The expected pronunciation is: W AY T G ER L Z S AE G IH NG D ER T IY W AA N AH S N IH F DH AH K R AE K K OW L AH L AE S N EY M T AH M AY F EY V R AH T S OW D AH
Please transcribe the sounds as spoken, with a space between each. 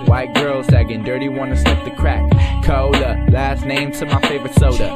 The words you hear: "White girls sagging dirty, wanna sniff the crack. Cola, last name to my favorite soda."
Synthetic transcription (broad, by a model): W AY T G ER L Z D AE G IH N D ER T IY W AA N AH S L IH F DH AH K R AE K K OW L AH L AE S N EY M T AH M AY F EY V R AH T S OW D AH